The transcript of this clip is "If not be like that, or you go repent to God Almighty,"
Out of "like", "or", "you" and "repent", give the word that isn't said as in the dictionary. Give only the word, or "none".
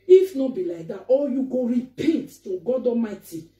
or